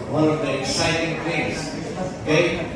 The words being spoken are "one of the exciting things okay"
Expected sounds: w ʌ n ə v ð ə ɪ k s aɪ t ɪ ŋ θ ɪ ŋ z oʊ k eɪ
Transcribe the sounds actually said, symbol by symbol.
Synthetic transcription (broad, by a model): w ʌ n ə v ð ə ɪ k s aɪ t ɪ ŋ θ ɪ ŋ oʊ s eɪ